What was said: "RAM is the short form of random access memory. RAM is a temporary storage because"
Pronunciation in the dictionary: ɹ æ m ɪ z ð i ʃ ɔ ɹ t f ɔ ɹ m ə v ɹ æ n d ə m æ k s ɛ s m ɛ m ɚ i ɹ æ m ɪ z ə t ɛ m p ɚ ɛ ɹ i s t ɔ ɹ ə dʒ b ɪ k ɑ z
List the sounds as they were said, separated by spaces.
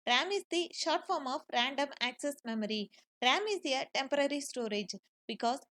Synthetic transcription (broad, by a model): ɹ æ m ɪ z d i ʃ ɔ ɹ t f ɔ ɹ m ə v ɹ æ n d ə m æ k s ɛ s m ɛ m ɚ i ɹ æ m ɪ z ə t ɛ m p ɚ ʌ ɹ i s t ɔ ɹ ə dʒ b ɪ k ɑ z